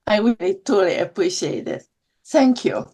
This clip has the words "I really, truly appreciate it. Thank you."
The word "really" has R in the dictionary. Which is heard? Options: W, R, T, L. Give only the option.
W